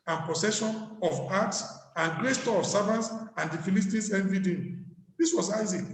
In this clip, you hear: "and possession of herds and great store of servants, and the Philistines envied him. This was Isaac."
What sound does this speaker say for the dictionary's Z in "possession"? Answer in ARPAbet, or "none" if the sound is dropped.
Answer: S